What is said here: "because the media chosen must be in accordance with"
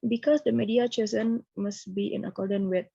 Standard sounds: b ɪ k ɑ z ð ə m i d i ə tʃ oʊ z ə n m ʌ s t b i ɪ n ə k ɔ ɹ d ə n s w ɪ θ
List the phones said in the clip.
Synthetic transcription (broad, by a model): b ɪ k ɑ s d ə m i d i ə tʃ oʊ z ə n m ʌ s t b i ɪ n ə k ɔ d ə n w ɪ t